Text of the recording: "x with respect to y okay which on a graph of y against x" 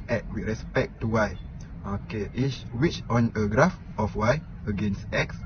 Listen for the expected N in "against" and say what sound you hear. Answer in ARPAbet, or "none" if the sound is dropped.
N